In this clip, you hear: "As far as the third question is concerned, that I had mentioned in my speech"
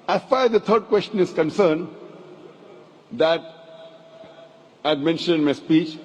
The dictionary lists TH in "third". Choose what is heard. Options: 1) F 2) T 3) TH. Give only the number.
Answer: 2